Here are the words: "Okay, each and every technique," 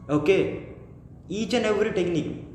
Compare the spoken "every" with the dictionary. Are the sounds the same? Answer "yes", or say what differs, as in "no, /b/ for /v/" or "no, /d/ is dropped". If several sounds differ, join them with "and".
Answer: no, /v/ is dropped